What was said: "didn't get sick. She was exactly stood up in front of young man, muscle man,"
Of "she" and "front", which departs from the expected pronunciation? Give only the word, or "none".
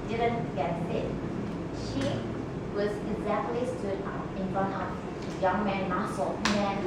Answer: front